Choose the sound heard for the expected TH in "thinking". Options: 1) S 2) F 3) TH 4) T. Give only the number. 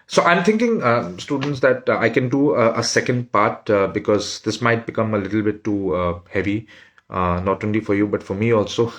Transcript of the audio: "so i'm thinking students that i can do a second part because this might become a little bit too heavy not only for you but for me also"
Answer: 4